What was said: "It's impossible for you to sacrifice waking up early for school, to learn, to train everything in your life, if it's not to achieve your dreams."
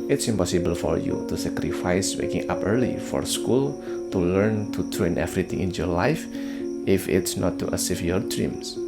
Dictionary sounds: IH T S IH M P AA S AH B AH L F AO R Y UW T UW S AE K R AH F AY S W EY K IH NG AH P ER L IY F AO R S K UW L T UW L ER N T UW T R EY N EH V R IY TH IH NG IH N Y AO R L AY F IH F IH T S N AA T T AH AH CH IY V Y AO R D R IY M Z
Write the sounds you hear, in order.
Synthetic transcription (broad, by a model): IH T S IH M P AA S AH B AH L F AO R Y UW T UW S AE K R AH F AY S W EY K IH NG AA P ER L IY F AO R S K UW L T UW L ER N T UW T R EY N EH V R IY T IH NG IH N Y AO R L AY F IH F IH T S N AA T T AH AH S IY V Y AO R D R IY M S